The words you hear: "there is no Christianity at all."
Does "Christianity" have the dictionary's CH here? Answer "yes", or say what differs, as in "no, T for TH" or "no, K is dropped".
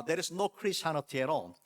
no, CH is dropped